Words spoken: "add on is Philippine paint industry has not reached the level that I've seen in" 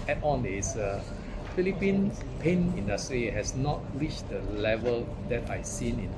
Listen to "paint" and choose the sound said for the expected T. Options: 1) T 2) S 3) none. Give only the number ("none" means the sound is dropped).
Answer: 3